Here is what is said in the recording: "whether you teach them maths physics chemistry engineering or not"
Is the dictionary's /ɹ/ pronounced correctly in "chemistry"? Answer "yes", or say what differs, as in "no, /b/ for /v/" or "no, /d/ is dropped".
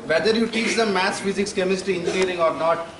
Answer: no, /ɹ/ is dropped